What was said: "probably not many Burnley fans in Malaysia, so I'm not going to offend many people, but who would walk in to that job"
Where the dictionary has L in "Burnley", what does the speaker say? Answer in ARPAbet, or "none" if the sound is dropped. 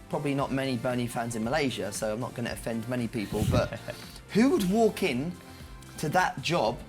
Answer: none